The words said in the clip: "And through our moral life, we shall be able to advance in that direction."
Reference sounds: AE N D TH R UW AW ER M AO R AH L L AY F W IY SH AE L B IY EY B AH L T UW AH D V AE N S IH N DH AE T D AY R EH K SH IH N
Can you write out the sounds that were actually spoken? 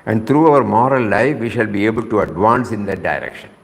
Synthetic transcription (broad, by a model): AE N D T R UW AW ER M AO R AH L L AY F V IY SH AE L B IY EY B AH L T UW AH D V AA N S IH N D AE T D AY R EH K SH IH N